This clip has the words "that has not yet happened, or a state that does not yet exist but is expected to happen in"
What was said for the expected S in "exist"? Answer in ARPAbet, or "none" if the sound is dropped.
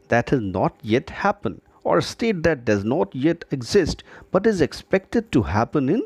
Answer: S